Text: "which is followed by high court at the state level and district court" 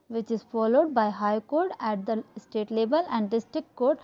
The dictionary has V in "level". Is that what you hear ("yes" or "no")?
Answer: no